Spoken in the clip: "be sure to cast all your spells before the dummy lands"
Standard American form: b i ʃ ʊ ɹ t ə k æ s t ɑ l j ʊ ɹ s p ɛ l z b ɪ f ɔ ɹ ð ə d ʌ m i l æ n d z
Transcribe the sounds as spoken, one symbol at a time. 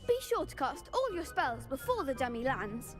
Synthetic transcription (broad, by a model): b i ʃ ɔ t k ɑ s t ɑ l j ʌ s p ɛ l z b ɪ f ɔ ð ə d ʌ m i l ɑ n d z